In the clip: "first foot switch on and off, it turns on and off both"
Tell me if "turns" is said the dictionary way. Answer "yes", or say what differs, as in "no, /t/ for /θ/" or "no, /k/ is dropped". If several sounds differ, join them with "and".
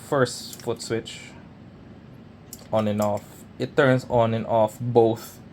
no, /s/ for /z/